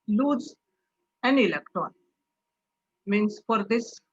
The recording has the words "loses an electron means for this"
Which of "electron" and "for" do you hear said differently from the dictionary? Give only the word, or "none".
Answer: electron